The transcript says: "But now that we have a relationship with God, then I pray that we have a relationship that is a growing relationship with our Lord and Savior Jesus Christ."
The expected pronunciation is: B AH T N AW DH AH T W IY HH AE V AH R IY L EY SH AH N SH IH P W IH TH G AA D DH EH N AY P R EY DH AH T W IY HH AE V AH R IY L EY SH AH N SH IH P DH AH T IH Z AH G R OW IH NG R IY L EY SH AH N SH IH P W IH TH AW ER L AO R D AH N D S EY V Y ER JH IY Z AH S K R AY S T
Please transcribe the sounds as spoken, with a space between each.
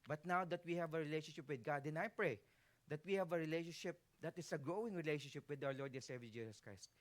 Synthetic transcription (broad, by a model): B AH T N AW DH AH T W IY HH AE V AH R IY L EY SH AH N SH IH P W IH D G AA D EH N AY P R EY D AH T W IY HH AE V AH R IY L EY SH AH N SH IH P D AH T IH S AH G R OW IH NG R IY L EY SH AH N SH IH P W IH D AW ER L AO R D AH N S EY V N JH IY S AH S K R AY S T